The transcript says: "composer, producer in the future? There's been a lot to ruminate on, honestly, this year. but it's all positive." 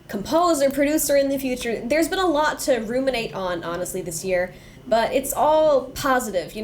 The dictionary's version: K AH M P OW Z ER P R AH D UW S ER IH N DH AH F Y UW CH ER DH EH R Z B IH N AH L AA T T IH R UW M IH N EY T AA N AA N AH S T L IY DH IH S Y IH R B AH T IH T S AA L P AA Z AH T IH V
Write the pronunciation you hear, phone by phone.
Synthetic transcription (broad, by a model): K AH M P OW Z ER P R AH D UW S ER IH N DH AH F Y UW CH ER DH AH R Z B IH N AH L AA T T IH R UW M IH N EY T N AA N AH S T L IY DH IH S Y IH R B AH T IH T S AA L P AA Z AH T IH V